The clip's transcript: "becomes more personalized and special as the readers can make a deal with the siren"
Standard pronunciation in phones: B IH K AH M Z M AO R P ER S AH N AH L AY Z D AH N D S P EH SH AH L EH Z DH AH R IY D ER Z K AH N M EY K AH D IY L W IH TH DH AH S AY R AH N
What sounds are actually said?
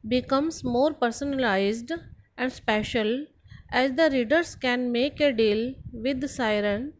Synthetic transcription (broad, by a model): B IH K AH M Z M AO R P ER S AH N AH L AY Z D AH N D S P EH SH AH L EH Z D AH R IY D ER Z K AH N M EY K AH D IY L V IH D S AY R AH N